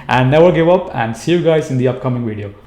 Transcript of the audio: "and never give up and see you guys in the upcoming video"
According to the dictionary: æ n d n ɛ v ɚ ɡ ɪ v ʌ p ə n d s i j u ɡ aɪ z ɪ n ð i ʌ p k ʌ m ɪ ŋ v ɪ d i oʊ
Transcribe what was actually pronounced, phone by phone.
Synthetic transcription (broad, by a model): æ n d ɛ w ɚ ɡ ɪ v ʌ p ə n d s i j u ɡ aɪ z ɪ n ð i ʌ p k ʌ m ɪ ŋ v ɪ d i oʊ